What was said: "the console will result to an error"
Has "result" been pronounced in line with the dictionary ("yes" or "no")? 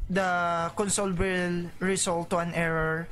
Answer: no